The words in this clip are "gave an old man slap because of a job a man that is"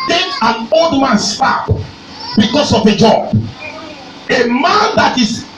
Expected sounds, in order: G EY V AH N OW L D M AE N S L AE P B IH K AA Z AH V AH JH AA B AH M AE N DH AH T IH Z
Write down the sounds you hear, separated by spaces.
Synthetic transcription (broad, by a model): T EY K AH N OW L D M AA N S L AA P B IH K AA S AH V AH JH AA B AH M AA N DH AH T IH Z